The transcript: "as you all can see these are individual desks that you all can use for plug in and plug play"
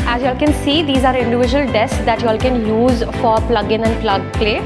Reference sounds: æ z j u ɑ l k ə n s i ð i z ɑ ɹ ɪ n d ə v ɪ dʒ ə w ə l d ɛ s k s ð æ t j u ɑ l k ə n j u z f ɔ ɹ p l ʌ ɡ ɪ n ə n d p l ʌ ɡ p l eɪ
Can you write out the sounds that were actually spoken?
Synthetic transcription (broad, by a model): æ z j u ɑ l k ə n s i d i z ɑ ɹ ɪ n d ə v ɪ dʒ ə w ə l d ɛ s s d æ t j u ɑ l k ə n j u z f ɔ ɹ p l ʌ ɡ ɪ n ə n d p l ʌ ɡ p l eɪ